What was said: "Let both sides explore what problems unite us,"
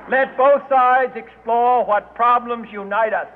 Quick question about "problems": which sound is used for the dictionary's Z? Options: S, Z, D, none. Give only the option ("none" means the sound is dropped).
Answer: Z